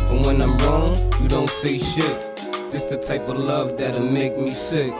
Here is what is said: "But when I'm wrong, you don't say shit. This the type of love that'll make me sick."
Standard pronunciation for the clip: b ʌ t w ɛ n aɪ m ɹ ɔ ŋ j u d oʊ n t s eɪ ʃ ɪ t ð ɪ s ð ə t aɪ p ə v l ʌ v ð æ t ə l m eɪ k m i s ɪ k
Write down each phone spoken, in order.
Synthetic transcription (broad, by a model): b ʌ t w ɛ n aɪ m ɹ ɔ ŋ j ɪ d oʊ n t s eɪ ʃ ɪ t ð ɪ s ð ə t aɪ p ə v l ʌ v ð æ t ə m eɪ k m i s ɪ k